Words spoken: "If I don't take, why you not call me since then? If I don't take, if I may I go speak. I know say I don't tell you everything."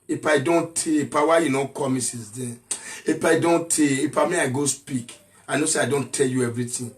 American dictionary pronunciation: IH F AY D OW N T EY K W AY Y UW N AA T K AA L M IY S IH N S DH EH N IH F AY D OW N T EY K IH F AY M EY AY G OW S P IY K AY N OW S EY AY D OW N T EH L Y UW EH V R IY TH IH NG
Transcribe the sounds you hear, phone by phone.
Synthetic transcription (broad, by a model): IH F AY D OW N T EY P W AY Y UW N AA K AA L M IY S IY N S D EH IH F AY D OW N T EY IH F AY M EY AY G OW S P IY K AY N OW S EY AY D OW N T EH L Y UW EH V R IY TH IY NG